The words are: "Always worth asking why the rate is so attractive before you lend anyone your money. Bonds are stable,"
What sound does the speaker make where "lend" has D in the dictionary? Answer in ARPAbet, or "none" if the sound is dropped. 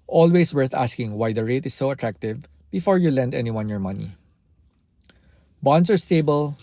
D